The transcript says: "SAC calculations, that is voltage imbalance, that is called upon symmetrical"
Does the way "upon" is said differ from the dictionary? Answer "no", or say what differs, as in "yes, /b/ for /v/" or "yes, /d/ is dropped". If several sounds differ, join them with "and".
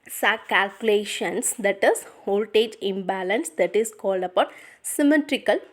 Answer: yes, /b/ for /p/